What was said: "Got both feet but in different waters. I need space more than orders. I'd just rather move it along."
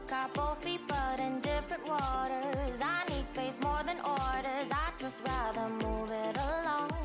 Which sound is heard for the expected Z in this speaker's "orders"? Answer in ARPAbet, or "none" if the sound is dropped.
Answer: Z